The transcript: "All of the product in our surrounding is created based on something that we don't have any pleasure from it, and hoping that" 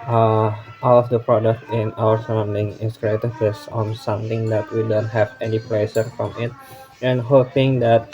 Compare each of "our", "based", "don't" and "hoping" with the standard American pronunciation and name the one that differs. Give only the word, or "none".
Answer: based